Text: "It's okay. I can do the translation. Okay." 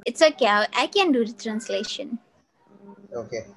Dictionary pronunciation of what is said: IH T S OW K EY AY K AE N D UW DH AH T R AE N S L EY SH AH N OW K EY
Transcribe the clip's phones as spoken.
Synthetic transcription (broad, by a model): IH T S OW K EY AY K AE N D UW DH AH T R AE N S L EY SH AH N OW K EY